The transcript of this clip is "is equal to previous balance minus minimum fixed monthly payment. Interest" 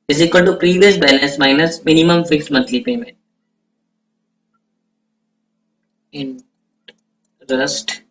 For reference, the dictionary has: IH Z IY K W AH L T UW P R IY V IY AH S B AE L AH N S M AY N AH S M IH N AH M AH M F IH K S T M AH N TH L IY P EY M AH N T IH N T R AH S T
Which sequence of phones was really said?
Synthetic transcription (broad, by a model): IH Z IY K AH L T UW P R IY V IY AH S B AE N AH S M AY N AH S M IH N AH M AH M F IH K S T M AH N T L IY P EY M AH N T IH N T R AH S T